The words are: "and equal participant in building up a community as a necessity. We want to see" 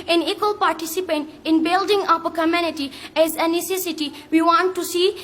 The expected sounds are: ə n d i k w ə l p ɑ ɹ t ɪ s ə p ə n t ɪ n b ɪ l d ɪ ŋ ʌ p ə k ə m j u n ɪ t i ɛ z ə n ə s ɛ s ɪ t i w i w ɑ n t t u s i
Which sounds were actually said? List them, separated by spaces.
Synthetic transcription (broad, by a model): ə n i k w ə l p ɑ ɹ t ɪ s ə p ə n t ɪ n b ɪ l d ɪ ŋ ʌ p ə k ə m j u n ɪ t i ɛ z ə n ə s ɛ s ɪ t i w i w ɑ n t t u s i